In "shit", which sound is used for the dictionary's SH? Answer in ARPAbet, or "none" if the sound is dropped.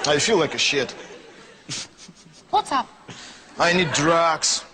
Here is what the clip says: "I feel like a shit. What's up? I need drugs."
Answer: SH